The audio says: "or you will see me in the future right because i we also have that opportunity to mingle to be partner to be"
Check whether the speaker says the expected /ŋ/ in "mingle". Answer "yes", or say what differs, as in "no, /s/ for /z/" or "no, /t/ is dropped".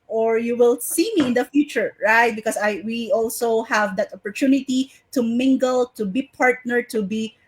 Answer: yes